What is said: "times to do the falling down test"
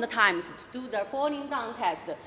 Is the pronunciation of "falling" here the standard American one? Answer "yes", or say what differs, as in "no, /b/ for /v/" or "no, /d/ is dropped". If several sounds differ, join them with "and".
no, /n/ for /l/